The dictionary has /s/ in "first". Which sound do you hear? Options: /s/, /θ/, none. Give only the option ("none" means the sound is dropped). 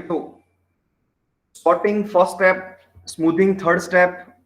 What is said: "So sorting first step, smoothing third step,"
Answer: none